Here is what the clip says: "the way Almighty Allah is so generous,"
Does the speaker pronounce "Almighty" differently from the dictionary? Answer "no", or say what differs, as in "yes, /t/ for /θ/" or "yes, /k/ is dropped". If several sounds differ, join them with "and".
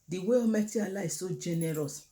yes, /l/ is dropped